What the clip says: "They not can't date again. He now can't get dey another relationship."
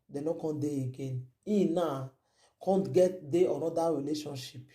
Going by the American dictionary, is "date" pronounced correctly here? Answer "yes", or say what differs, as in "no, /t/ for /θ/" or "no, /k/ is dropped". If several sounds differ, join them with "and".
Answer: no, /t/ is dropped